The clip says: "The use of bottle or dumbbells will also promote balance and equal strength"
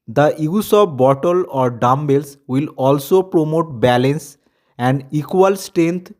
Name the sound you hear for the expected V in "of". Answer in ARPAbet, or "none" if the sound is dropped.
P